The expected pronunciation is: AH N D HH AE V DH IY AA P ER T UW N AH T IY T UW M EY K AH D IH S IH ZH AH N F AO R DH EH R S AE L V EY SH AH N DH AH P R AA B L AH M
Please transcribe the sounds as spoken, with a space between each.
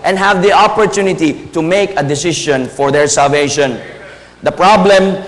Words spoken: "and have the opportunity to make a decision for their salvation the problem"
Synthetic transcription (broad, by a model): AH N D HH AE V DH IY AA P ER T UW N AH T IY T UW M EY K AH D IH S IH SH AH N F AO R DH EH R S AE L V EY SH AH N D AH P R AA B L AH M